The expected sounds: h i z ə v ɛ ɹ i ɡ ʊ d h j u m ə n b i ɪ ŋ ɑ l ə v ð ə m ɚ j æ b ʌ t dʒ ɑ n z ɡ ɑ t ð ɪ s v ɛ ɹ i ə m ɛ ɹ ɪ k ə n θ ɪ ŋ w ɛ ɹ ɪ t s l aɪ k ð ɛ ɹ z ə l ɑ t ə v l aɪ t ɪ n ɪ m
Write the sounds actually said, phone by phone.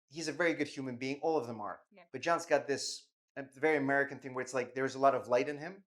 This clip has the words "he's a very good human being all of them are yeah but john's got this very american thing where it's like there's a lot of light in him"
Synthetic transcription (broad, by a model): h i z ə v ɛ ɹ i ɡ ʊ d h j u m ə n b i ɪ ŋ ɑ l ə v ð ə m ɚ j b ʌ t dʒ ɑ n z ɡ ɑ t ð ɪ s v ɛ ɹ i ə m ɛ ɹ ɪ k ə n θ ɪ ŋ w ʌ ɹ ɪ t s l aɪ k ð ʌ ɹ z ə l ɑ t ə v l aɪ t ɪ n ɪ m